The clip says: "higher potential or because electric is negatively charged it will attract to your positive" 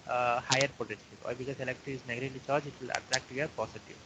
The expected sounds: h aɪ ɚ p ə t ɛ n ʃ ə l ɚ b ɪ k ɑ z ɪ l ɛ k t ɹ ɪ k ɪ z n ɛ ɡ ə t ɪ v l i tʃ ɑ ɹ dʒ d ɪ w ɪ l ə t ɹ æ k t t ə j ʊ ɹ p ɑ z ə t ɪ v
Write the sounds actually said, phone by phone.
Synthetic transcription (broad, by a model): h aɪ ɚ p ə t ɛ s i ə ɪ b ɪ k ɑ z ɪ l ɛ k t ɪ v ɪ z n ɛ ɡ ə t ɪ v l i tʃ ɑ ɹ dʒ ɪ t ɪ l ə t ɹ æ k t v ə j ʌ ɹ p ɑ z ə t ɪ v